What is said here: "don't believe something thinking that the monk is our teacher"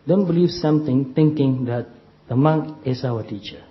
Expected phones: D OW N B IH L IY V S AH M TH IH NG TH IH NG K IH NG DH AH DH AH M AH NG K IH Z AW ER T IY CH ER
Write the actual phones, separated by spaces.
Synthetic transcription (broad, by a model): D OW N B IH L IY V S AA M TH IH NG T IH NG K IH NG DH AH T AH M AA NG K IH S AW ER T IY CH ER